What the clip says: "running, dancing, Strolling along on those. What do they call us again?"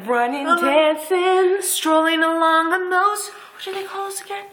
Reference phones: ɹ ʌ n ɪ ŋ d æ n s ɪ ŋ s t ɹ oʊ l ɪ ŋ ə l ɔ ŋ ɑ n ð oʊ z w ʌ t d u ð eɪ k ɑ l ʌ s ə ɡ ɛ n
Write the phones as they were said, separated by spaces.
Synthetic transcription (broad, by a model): ɹ ʌ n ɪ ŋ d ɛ s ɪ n s t ɹ oʊ l ɪ ŋ ə l ɔ ŋ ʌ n ð oʊ z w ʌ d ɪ ð eɪ k ɑ l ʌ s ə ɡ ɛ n